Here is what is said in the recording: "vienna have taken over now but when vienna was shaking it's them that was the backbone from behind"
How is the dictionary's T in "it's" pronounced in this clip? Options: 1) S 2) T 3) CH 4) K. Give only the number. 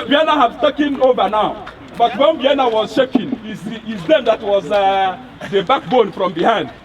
1